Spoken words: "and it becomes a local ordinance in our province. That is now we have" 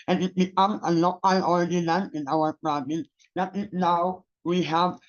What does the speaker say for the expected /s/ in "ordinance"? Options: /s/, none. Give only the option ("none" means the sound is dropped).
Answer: none